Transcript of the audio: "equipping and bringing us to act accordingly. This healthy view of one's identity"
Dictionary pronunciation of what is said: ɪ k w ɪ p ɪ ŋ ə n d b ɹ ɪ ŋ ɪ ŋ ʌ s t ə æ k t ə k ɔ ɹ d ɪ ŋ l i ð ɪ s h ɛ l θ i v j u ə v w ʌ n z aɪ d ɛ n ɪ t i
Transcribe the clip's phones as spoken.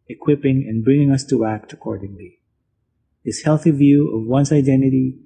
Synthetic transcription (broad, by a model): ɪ k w ɪ p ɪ ŋ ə n b ɹ ɪ ŋ ɪ ŋ ʌ s t ə æ k t ə k ɔ ɹ d ɪ ŋ l i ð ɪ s h ɛ l θ i v j u ə v w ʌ n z aɪ d ɛ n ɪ t i